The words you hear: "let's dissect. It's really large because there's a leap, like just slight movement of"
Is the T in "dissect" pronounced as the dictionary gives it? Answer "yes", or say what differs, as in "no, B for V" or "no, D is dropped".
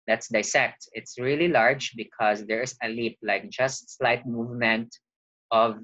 yes